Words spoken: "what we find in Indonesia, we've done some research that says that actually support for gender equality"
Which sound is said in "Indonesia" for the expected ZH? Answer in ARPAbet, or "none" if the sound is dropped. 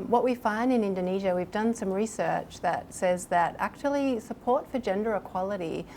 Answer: ZH